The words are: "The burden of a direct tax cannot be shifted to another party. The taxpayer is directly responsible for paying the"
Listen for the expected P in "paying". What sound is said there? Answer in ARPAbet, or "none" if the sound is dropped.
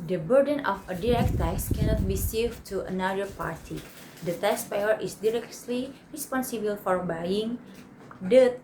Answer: B